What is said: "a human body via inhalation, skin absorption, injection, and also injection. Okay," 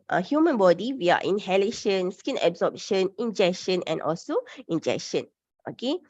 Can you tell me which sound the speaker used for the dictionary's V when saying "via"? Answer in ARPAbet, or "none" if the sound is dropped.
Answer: W